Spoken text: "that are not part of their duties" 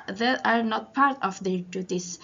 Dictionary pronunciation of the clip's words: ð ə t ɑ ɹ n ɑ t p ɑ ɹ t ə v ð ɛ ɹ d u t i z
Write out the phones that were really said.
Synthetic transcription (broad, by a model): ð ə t ɑ ɹ n ɑ t p ɑ ɹ t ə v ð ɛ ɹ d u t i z